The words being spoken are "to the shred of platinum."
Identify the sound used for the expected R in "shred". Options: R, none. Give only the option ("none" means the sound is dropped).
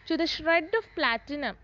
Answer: R